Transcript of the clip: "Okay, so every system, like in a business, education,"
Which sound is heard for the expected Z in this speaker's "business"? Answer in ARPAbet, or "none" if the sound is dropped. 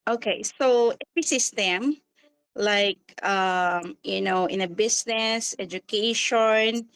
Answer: S